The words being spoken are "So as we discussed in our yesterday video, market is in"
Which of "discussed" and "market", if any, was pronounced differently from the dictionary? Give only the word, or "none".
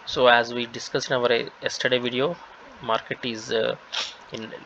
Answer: discussed